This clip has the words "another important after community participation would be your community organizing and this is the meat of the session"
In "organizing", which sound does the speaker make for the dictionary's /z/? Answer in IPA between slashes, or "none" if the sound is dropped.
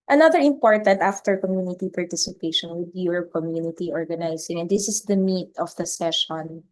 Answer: /s/